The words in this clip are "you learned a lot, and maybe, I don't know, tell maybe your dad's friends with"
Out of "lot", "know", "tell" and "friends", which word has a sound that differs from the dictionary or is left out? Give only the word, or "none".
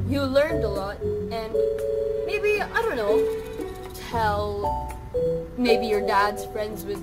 none